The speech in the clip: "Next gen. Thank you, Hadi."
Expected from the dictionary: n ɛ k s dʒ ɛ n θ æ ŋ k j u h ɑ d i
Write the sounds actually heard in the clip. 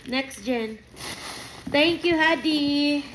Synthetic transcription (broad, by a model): n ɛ k s dʒ ɛ n t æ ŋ k j u h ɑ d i